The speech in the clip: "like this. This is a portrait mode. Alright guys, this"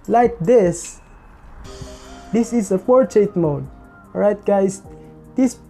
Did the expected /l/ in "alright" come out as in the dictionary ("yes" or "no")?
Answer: no